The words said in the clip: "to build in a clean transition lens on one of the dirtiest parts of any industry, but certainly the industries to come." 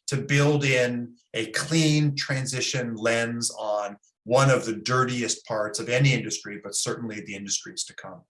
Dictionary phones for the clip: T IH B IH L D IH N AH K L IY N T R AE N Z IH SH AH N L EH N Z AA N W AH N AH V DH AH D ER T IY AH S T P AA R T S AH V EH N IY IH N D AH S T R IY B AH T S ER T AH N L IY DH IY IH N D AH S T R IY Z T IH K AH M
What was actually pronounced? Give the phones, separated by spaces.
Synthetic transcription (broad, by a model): T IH B IH L D IH N AH K L IY N T R AE N Z IH SH AH N L EH N Z N W AH N AH V DH AH D ER T IY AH S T P AA R T S AH V EH N IY IH N D AH S T R IY B AH T S ER T N L IY DH IY IH N D AH S T R IY Z T IH K AH M